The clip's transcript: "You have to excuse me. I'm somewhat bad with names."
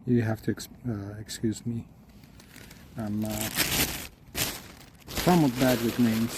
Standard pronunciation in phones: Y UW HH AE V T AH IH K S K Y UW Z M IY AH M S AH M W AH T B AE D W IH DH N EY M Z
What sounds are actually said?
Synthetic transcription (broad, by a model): Y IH HH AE F T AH IH K S K Y UW Z M IY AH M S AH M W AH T B AE D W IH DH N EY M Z